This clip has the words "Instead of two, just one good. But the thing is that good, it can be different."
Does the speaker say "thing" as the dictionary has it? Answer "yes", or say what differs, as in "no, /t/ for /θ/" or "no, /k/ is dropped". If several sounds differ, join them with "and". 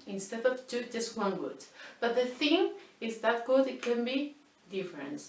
yes